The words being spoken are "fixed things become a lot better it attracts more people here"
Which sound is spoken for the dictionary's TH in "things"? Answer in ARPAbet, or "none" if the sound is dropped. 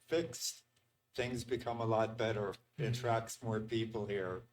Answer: TH